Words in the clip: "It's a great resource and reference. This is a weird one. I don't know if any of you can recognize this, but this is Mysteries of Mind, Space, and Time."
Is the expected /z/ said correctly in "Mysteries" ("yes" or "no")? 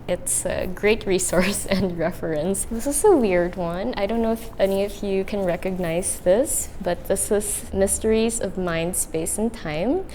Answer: yes